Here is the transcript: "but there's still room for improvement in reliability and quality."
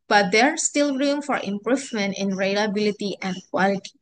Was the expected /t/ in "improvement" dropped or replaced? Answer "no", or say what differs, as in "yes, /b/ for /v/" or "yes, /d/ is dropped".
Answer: no